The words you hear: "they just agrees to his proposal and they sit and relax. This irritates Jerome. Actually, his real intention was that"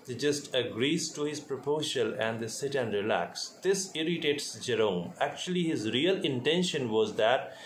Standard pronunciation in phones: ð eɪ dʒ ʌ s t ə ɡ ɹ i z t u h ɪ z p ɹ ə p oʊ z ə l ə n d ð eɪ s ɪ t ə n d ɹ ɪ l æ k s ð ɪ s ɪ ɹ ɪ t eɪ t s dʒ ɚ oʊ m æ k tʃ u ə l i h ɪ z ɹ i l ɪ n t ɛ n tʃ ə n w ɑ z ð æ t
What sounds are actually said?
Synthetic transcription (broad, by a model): dʒ ʌ s t ə ɡ ɹ i z t u h ɪ z p ɹ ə p oʊ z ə l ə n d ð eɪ s ɪ t ə n d ɹ ɪ l æ k s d ɪ s ɪ ɹ ɪ t eɪ t s dʒ ɚ oʊ m æ k tʃ u ə l i h ɪ z ɹ i l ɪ n t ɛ n ʃ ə n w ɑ z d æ t